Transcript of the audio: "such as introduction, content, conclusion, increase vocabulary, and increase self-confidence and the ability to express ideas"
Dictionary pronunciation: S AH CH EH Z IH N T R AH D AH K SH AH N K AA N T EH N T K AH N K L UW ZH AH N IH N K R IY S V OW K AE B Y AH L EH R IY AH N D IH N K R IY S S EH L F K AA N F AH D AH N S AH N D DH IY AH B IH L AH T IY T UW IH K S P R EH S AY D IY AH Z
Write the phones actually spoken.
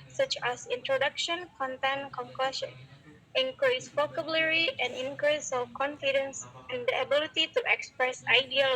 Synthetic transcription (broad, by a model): S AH CH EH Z IH N T R AH D AH K SH AH N K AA N T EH N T K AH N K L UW SH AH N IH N K R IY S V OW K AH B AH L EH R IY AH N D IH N K R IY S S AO F K AA N F AH D AH N S AH N D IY AH B IH L AH T IY T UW IH K S P R EH S AY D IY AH